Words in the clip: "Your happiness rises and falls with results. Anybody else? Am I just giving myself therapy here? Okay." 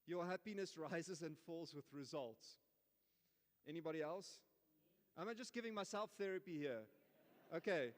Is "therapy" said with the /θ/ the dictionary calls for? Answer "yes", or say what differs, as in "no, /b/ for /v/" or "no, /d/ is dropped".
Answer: yes